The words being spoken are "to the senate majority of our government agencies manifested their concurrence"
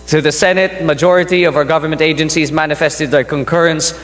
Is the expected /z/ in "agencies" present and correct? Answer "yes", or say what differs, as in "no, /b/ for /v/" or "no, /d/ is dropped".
yes